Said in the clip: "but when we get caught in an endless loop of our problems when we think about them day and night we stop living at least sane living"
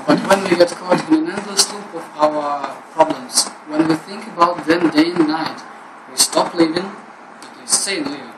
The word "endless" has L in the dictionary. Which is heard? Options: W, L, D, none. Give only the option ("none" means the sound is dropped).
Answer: none